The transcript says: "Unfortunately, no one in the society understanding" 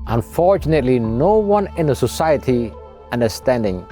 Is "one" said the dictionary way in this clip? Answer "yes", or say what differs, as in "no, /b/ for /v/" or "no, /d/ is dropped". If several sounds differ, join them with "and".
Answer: yes